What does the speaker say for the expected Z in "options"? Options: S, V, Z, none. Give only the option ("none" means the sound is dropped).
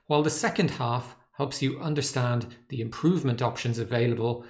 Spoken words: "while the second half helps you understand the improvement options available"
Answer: Z